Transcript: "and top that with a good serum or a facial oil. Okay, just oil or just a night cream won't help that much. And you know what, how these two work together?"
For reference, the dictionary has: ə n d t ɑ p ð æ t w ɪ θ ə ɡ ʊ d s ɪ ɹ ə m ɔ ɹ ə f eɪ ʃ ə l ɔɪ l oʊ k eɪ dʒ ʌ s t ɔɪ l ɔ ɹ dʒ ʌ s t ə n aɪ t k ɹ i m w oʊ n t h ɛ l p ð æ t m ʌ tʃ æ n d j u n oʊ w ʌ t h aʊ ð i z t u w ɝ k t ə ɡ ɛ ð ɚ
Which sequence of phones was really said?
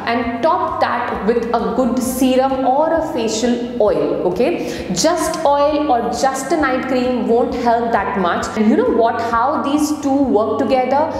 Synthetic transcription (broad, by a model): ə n d t ɑ p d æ t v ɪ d ə ɡ ʊ d s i ɹ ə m ɔ ɹ ə f eɪ ʃ ə l ɔɪ l oʊ k eɪ dʒ ʌ s t ɔɪ l ɔ ɹ dʒ ʌ s t ə n aɪ t k ɹ i m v oʊ n t h ɛ l p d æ t m ʌ tʃ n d j u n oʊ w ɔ t h aʊ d i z t u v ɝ k t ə ɡ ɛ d ɚ